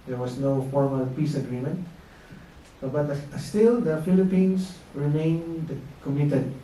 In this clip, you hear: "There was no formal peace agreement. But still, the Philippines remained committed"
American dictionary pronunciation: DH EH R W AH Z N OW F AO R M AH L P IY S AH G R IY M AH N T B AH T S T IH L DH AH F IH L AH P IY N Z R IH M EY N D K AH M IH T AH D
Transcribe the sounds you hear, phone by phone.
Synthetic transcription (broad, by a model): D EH R W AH S N OW F AO R M AH L P IY S AH G R IY M AH N T B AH T S T IH L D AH F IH L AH P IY N S R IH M EY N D K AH M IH T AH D